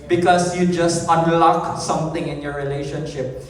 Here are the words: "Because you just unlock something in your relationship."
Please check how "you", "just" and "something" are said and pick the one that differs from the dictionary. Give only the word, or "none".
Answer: something